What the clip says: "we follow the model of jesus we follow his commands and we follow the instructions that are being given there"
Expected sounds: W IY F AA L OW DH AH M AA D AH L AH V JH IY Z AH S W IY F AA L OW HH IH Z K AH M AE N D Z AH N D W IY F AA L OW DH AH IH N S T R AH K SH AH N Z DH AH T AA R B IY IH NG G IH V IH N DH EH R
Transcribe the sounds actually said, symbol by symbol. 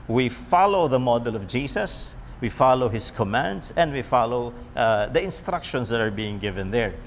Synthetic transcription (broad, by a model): W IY F AA L OW DH AH M AA D AH L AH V JH IY S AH S W IY F AA L OW HH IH S K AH M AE N D S AH N D W IY F AA L OW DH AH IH N S T R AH K SH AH N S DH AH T AA R B IY IH NG G IH V IH N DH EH R